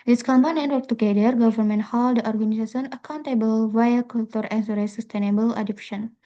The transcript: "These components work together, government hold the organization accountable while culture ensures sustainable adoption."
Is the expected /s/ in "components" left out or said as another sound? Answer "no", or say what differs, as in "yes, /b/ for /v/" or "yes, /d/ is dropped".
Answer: yes, /s/ is dropped